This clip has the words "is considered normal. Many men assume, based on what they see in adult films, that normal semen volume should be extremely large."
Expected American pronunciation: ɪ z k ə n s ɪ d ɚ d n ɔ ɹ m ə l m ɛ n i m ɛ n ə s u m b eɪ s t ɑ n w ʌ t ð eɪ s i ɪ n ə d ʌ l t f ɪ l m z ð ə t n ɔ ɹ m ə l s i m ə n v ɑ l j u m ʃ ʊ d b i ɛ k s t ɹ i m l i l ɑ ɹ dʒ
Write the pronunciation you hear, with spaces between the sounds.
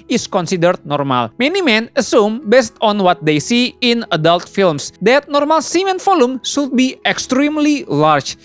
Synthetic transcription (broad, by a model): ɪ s k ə n s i d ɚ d n ɔ ɹ m ə l m ɛ n i m ɛ n ə s u m b eɪ s t ɑ n w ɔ t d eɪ s i ɪ n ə d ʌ l t f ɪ l m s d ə t n ɔ ɹ m ə l s i m ə n f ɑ l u m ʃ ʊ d b i ɛ k s t ɹ i m l i l ɑ ɹ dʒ